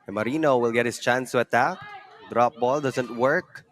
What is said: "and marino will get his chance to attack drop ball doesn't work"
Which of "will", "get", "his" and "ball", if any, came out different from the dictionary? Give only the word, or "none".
his